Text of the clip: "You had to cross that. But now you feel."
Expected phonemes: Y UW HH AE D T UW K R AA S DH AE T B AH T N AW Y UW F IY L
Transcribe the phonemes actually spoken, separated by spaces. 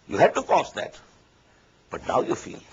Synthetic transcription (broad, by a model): Y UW HH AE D T UW K AA S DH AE T B AH T N AW Y UW F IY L